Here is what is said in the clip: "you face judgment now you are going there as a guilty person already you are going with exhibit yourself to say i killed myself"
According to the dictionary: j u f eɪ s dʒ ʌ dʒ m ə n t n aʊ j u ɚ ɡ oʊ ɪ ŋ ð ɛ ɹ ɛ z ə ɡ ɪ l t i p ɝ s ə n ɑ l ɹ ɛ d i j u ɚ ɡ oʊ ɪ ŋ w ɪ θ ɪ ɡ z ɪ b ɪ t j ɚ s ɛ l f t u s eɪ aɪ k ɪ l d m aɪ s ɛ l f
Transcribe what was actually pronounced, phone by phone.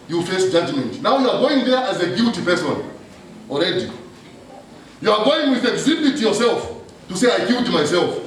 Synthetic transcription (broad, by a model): j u f eɪ s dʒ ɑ dʒ m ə n t n aʊ j u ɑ ɡ oʊ ɪ ŋ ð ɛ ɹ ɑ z ə ɡ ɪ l t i p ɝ s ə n ɑ l ɹ ɛ d i j u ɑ ɡ oʊ ɪ ŋ w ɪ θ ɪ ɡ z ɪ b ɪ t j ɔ s ɛ l f t u s eɪ aɪ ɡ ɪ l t m aɪ s ɛ l f